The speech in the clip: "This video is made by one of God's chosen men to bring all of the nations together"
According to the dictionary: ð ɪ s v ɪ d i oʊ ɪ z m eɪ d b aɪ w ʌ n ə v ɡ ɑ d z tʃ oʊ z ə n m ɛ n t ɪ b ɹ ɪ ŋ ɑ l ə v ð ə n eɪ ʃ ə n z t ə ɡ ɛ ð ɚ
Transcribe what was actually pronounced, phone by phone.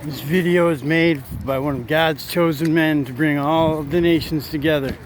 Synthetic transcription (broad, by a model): ð ɪ s v ɪ d i oʊ ɪ z m eɪ d b aɪ w ʌ n ə v ɡ ɑ d z tʃ oʊ z ə n m ɛ n t ɪ b ɹ ɪ ŋ ɑ l ə v ð ə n eɪ ʃ n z t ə ɡ ɛ ð ɚ